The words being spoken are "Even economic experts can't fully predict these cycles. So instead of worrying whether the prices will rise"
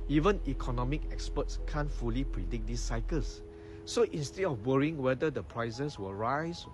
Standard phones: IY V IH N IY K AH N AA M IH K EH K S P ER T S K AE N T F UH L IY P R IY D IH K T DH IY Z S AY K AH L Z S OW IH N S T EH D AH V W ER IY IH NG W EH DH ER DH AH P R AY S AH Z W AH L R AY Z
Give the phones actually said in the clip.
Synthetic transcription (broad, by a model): IY V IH N IY K AH N AA M IH K EH K S P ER T S K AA N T F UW L IY P R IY D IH K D IY S AY K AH L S OW IH N S T EH D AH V W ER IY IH NG W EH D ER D AH P R AY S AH S W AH R AY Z